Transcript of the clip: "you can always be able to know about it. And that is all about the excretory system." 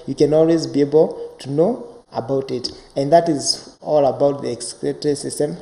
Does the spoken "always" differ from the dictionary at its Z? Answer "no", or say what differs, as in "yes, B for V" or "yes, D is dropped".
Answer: no